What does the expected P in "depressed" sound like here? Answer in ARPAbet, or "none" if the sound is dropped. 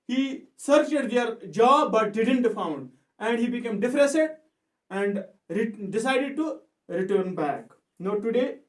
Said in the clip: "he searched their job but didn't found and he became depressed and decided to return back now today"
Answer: F